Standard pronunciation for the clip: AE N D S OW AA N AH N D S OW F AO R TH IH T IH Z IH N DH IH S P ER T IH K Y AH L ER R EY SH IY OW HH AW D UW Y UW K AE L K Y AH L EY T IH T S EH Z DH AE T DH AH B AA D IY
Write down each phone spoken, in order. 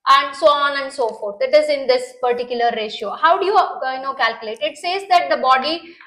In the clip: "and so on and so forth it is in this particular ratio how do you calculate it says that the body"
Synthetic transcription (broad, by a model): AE N D S OW AA N AH N D S OW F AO R T IH T IH Z IH N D IH S P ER T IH K Y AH L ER R EY SH IY OW HH AW D UW Y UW K AE L K Y AH L EY T IH T S EH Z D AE T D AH B AA D IY